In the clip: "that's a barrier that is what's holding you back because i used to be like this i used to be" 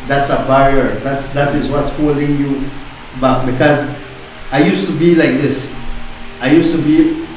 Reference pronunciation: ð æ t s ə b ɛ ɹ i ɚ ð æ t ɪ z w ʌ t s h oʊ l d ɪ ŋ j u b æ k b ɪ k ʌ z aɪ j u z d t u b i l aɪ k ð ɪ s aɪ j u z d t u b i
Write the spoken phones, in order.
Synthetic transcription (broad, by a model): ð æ t s ə b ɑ ɹ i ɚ ð æ t ɪ z w ʌ t s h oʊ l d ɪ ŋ j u b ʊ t b ɪ k ʌ z aɪ j u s t u b i l aɪ k ð ɪ s aɪ j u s t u b i